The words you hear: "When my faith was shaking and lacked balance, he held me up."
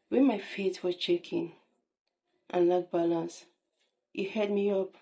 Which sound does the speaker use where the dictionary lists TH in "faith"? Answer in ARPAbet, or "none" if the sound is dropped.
T